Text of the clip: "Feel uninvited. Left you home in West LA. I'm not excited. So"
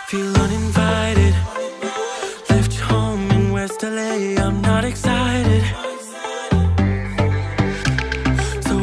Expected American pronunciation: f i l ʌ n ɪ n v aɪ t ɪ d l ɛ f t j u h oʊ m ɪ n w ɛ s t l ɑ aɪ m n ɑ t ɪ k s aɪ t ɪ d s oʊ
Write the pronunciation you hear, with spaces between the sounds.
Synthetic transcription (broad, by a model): f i l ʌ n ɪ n v aɪ t ɪ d l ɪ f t h oʊ ɪ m w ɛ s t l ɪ aɪ m n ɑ t ɪ k s aɪ t ɪ d s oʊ